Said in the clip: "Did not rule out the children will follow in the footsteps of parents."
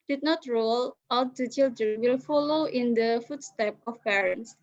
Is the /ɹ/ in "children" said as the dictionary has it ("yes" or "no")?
no